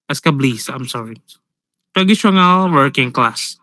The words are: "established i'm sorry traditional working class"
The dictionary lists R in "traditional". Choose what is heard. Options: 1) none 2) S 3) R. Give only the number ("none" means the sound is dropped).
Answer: 1